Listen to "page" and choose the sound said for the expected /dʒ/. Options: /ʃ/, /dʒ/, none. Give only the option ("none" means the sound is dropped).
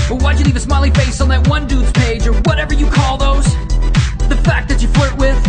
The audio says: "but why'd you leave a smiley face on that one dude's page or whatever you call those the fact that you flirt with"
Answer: /dʒ/